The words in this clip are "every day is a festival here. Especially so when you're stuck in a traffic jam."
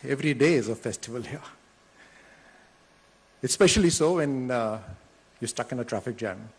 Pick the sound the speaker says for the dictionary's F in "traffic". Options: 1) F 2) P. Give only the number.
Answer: 1